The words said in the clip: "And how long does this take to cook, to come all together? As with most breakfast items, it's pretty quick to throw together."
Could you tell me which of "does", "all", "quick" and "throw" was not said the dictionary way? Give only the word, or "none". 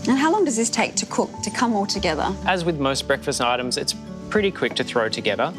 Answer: none